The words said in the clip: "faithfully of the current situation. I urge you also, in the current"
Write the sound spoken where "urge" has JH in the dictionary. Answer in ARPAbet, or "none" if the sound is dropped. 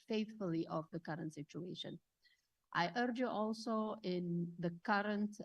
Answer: JH